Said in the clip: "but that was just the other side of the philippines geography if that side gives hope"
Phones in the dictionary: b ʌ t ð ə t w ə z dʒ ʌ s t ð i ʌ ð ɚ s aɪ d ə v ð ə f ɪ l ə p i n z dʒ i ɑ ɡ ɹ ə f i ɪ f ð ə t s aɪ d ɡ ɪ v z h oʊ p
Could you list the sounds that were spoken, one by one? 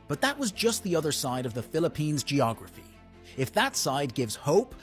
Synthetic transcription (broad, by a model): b ʌ t ð ə t w ə z dʒ ʌ s t ð i ʌ ð ɚ s aɪ d ə v ð ə f ɪ l ə p i n z dʒ i ɑ ɡ ɹ ə f i ɪ f ð ə t s aɪ d ɡ ɪ v z h oʊ p